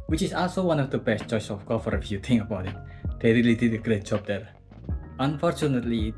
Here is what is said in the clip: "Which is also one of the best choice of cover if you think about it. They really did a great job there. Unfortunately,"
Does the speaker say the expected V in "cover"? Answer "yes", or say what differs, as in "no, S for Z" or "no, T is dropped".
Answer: no, F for V